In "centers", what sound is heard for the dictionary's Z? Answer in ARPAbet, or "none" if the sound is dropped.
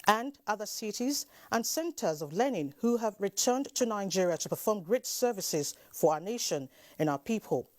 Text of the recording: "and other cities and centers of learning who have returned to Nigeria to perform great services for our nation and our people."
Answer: Z